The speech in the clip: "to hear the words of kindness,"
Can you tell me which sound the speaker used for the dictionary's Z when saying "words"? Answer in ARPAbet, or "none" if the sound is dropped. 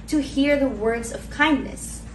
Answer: Z